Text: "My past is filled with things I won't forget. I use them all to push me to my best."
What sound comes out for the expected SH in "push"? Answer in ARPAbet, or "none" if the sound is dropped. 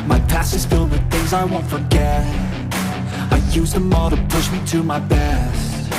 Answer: SH